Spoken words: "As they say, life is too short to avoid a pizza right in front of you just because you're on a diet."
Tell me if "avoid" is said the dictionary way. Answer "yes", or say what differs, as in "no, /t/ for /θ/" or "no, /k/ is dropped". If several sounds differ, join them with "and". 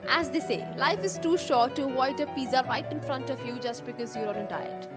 no, /v/ is dropped